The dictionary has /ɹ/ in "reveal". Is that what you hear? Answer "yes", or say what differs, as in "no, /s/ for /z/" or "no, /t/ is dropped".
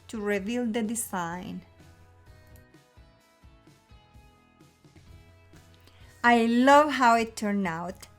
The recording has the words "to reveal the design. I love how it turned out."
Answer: yes